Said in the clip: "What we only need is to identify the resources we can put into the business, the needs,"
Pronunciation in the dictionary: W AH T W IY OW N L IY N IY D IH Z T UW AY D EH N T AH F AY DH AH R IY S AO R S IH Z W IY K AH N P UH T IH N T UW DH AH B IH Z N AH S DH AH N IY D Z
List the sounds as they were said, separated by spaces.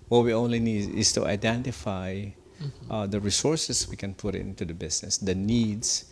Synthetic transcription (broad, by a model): W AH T W IY OW N L IY N IY D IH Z T UW AY D EH N T AH F AY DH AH R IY S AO R S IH S W IY K AH N P UH T IH N T UW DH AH B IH S N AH S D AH N IY D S